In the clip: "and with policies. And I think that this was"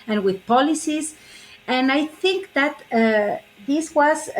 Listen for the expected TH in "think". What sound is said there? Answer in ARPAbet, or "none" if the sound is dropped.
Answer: TH